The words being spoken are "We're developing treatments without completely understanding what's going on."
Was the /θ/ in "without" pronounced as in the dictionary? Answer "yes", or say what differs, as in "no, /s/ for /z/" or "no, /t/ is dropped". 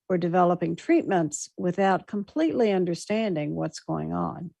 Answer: yes